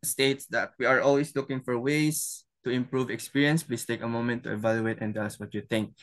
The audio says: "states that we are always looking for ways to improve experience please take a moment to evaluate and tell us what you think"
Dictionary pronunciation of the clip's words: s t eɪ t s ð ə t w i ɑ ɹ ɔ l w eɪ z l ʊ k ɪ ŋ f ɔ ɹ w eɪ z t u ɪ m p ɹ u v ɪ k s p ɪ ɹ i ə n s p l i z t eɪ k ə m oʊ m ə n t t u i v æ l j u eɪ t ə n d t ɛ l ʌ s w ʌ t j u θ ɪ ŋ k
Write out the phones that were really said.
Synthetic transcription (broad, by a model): s t eɪ t s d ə t w i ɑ ɹ ɔ l w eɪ s l ʊ k ɪ ŋ f ɔ ɹ w eɪ s t u ɪ m p ɹ u v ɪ k s p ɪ ɹ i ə n s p l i s t eɪ k ə m oʊ m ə n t t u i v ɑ l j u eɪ t ə n d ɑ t s w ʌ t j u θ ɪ ŋ k